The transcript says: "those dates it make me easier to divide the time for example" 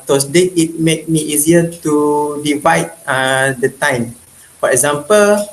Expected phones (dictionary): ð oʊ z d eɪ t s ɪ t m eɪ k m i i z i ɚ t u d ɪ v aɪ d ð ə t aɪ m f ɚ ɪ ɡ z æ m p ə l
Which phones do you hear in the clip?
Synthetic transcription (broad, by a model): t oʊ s d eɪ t ɪ t m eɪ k m i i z i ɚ t u d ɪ v aɪ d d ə t aɪ m f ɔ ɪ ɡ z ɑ m p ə l